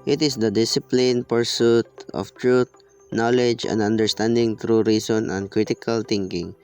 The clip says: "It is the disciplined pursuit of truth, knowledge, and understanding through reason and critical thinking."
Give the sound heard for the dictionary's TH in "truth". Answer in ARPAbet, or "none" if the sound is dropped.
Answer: T